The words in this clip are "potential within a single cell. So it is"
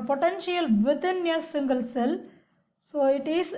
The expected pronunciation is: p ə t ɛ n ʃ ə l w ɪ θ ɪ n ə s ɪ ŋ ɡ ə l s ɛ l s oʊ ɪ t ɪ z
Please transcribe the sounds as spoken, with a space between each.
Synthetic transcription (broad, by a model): p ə t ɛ n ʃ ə l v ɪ t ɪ n ə s ɪ ŋ ɡ ə l s ɛ l s oʊ ɪ t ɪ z